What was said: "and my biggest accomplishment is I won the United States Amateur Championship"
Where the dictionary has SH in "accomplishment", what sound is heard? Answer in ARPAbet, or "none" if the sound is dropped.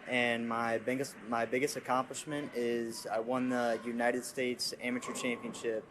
SH